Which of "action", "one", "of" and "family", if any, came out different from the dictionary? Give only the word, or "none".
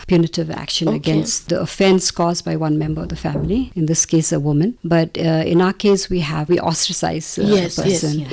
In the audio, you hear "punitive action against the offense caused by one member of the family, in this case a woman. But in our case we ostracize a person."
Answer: none